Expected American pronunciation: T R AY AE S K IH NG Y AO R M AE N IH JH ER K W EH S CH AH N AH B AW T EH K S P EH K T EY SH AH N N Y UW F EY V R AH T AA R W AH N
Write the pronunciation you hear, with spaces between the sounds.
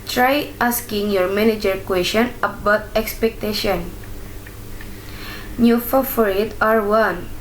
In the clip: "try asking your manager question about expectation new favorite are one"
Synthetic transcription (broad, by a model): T R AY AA S K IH NG Y AO R M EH N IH JH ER K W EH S SH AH N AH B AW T EH K S P EH K T EY SH AH N N Y UW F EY F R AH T AA R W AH N